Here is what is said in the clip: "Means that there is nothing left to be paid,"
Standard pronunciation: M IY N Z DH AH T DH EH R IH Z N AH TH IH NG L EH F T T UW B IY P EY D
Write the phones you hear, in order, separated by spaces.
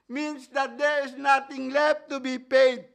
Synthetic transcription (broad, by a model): M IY N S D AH T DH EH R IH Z N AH T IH NG L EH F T T UW B IY P EY D